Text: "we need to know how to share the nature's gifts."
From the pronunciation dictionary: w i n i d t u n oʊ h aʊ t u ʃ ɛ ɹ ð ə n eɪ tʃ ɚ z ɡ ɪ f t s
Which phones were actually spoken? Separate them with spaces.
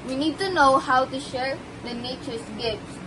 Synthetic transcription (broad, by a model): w i n i d t u n oʊ h aʊ t u ʃ ɛ ɹ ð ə n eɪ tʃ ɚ s ɡ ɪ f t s